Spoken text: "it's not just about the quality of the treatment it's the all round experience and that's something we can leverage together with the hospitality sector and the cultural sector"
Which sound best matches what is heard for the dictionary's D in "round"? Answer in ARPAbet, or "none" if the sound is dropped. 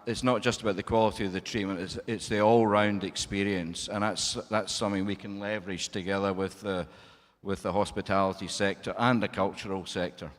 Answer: D